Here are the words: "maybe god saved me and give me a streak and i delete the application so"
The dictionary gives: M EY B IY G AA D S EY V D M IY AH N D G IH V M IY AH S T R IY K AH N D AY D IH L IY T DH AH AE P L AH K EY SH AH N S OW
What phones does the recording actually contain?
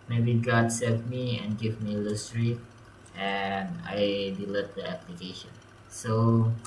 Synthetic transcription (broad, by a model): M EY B IY G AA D S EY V M IY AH N G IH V M IY AH S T R IY AH N AY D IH L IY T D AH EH P L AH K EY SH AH N S OW